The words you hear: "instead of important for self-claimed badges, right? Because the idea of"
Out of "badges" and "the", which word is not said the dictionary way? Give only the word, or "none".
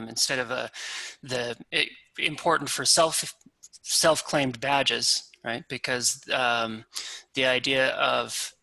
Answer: none